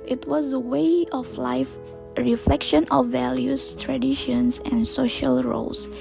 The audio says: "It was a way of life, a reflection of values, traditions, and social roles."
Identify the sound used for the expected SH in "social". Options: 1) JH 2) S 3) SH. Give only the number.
3